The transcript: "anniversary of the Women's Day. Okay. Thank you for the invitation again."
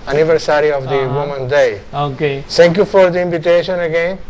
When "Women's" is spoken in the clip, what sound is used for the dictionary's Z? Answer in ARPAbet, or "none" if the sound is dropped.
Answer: none